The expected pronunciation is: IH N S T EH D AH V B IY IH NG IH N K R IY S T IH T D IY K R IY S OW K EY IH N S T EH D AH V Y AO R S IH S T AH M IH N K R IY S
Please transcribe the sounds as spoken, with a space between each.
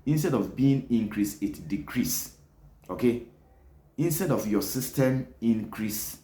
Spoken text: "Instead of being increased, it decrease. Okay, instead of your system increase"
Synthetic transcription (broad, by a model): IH N S T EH D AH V B IY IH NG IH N K R IY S IH T D IY K R IY S OW K EY IH N S T EH D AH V Y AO S IH S T AH M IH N K R IY S